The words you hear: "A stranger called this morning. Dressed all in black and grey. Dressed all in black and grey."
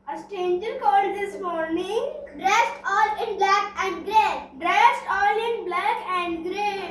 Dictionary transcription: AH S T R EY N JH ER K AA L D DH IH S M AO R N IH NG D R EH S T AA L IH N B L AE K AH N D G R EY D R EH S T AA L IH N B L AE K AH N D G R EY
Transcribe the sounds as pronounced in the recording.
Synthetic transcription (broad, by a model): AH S T EY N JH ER K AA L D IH S M AO R N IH NG D R EH S T AA L IH N B L AE K AH N D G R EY D R EH S T AA L IH N B L AE K AH N D G R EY